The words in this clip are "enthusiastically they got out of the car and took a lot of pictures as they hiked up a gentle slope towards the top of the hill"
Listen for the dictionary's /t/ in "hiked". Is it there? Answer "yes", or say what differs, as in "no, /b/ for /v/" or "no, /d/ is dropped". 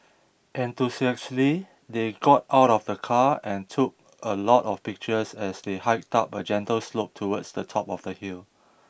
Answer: yes